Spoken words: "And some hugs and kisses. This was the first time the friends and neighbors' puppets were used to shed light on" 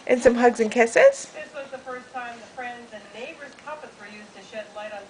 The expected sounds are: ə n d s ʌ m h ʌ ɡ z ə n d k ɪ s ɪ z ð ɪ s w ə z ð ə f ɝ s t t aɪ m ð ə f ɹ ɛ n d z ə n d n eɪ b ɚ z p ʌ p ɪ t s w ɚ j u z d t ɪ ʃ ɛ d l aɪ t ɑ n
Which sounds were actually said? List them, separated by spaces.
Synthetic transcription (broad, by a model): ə n s ʌ m h ʌ ɡ z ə n k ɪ s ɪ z ð ɪ s w ə z ð ə f ɝ s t t aɪ m ð ə f ɹ ɛ n d z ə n n eɪ b ɚ z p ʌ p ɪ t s w ɚ j u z t ɪ ʃ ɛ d l aɪ t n